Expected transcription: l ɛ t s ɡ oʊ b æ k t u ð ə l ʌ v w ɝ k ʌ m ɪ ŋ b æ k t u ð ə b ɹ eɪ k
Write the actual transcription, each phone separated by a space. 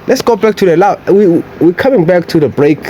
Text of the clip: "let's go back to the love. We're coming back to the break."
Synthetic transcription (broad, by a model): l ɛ t s ɡ oʊ b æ k t u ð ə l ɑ w w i k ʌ m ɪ ŋ b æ k t u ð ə b ɹ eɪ k